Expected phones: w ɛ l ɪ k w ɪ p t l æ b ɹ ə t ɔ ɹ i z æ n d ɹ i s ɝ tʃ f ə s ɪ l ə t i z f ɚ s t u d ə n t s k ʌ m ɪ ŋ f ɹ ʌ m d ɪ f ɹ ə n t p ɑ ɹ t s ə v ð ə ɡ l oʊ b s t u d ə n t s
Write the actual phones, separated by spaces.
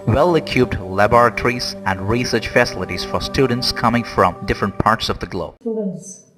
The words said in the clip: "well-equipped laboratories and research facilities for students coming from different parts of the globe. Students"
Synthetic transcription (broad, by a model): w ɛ l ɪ k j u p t l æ b ɹ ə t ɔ ɹ i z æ n d ɹ i s ɝ tʃ f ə s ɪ l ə t i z f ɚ s t u d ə n t s k ʌ m ɪ ŋ f ɹ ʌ m d ɪ f ɹ ə n t p ɑ ɹ t s ə v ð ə ɡ l oʊ b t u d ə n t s